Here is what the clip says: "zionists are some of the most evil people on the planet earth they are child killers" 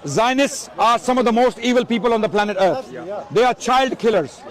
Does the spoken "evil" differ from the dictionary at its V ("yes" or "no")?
no